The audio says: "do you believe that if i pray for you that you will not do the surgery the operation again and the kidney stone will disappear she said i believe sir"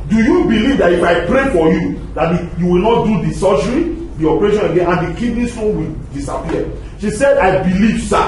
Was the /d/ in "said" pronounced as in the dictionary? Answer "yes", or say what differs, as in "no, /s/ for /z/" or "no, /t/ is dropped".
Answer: yes